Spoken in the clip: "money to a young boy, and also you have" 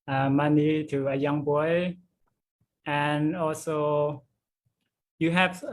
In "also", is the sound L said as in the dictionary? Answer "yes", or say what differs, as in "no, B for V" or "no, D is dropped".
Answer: yes